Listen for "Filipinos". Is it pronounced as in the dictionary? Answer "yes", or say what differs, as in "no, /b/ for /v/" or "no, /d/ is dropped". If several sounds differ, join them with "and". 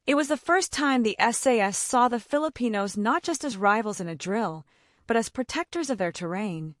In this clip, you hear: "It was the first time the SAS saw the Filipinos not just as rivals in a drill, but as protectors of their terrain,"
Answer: yes